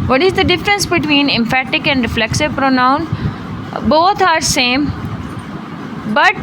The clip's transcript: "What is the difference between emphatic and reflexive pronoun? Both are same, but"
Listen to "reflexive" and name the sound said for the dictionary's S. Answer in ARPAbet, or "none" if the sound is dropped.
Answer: S